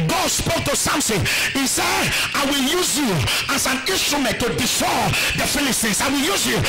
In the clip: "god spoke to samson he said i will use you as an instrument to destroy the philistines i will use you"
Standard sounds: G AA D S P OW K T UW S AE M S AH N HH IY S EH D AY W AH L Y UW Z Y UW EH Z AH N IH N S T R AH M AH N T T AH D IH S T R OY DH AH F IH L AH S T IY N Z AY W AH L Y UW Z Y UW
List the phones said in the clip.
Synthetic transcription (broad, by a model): G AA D S P OW K T UW S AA M S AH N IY S EH D AY W AH L Y UW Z Y UW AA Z AH N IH N S T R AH M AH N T T AH D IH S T OY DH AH F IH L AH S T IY N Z AY W AH L Y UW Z Y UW